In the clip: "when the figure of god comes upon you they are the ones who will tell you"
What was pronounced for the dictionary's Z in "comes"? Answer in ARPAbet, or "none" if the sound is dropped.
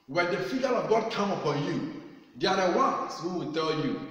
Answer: none